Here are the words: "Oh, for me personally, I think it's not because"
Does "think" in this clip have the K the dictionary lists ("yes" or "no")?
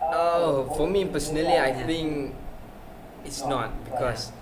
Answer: no